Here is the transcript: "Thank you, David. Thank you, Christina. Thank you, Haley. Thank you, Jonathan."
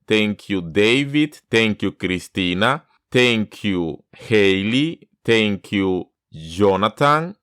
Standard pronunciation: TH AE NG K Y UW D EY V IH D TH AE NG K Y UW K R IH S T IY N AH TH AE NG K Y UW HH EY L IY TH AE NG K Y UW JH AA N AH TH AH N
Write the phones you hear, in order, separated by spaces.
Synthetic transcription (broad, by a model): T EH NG K Y UW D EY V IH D T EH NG K Y UW K R IH S T IY N AH T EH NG K Y UW HH EY L IY T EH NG K Y UW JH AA N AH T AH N